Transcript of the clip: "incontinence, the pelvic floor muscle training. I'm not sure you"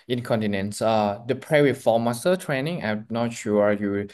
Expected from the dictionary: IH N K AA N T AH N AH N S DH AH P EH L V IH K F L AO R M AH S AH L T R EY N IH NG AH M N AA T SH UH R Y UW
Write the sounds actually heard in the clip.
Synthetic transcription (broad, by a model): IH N K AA N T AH N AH N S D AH P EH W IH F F AO M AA S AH T R EY N IH NG AH M N AA T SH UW Y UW